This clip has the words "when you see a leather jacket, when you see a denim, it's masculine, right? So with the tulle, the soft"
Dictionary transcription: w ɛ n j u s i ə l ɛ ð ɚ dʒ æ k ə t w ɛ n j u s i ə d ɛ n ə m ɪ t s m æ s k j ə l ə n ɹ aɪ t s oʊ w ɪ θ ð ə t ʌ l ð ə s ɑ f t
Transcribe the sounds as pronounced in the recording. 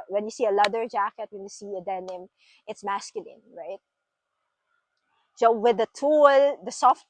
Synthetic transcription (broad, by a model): w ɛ n j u s i ə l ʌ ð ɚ dʒ æ k ə t w ɛ n j u s i ə d ɛ n ə m ɪ t s m æ s k j ə l ə n ɹ aɪ t s oʊ w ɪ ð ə t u l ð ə s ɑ f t